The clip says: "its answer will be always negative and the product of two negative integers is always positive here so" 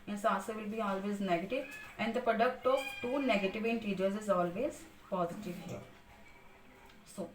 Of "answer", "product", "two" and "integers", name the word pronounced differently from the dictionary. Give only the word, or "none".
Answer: answer